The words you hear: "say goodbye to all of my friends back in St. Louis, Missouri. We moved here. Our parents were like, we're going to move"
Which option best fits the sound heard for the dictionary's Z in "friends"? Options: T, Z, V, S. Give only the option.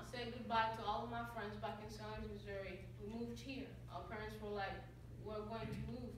Z